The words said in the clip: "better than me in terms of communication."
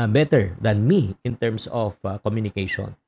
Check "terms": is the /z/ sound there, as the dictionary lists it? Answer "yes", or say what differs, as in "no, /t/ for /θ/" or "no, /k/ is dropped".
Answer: no, /s/ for /z/